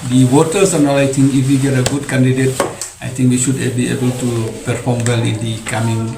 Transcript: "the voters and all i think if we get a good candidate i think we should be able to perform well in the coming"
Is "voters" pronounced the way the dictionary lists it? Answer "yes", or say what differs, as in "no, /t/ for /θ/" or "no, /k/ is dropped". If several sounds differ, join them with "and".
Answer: no, /w/ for /v/ and /s/ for /z/